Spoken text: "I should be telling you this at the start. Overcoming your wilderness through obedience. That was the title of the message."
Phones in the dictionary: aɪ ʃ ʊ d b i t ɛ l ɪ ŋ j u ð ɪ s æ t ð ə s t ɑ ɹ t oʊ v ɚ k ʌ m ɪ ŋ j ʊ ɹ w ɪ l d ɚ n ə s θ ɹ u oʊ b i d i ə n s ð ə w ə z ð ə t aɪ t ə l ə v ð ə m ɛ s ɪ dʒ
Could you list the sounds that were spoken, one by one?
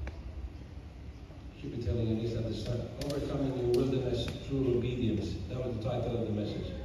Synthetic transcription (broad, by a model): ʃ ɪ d b i t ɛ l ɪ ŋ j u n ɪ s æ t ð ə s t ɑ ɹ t oʊ v ɚ k ʌ m ɪ ŋ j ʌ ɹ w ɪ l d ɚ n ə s t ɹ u oʊ b i d i ə n s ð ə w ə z ð ə t aɪ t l ə v ð ə m ɛ s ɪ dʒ